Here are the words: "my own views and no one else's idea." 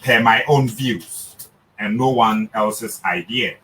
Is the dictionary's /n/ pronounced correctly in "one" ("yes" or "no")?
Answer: yes